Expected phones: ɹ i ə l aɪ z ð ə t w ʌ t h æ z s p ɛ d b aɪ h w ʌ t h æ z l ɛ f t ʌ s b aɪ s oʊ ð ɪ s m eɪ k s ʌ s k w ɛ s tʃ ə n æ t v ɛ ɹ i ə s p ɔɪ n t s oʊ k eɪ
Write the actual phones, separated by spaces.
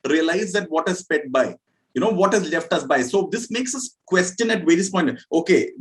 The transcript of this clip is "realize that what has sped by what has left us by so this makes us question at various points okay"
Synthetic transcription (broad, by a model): ɹ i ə l aɪ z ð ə t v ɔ t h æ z s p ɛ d b aɪ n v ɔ t h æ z l ɛ f t ʌ s b aɪ s oʊ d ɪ s m eɪ k s ʌ s k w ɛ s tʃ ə n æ t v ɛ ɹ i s p ɔɪ n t oʊ k eɪ